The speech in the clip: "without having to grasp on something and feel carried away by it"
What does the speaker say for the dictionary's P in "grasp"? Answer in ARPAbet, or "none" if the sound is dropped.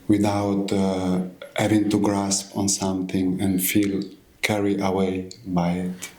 P